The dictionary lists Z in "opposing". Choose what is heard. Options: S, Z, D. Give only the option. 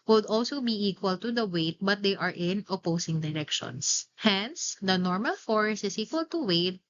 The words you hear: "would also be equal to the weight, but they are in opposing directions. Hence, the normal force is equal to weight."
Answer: S